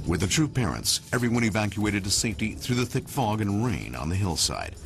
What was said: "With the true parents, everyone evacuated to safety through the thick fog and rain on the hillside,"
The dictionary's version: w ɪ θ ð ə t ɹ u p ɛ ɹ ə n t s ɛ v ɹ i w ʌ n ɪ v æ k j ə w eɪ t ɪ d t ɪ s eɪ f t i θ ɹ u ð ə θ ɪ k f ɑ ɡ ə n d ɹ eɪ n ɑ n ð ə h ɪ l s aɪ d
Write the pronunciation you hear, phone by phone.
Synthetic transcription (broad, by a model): w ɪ ð ə t ɹ u p ɛ ɹ ə n t s ɛ v ɹ i w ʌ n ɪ v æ k j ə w eɪ t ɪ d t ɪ s eɪ f t i θ ɹ u ð ə θ ɪ k f ɑ ɡ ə n ɹ eɪ n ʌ n ð ə h ɪ l s aɪ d